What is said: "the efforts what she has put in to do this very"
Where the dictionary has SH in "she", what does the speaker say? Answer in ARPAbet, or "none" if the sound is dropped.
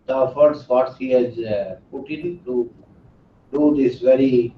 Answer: S